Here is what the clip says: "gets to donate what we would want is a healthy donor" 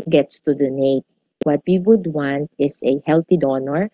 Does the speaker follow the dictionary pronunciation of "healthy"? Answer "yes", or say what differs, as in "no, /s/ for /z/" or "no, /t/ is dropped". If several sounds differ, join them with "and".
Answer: no, /t/ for /θ/